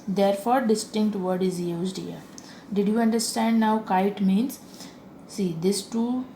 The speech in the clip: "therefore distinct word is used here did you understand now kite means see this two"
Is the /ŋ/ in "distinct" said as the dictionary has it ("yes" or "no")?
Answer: yes